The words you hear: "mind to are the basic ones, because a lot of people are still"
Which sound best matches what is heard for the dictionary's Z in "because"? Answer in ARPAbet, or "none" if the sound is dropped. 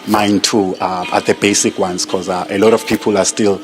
none